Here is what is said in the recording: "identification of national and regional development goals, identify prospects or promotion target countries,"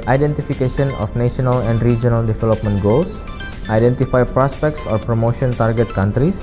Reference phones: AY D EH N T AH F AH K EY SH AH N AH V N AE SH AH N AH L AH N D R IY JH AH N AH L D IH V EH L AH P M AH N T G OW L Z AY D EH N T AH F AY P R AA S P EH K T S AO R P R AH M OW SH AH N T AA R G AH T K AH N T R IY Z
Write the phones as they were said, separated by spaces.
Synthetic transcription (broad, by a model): AY D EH N T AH F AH K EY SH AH N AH F N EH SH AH N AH L AH N D R IY JH AH N AH L D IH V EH L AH P M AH N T G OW L S AY D EH N T AH F AY P R AA S P EH K T S AO R P R AH M OW SH AH N T AA R G AH T K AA N T R IY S